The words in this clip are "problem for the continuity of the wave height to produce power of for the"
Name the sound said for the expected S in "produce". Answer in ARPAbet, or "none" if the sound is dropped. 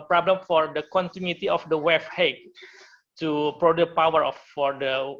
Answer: none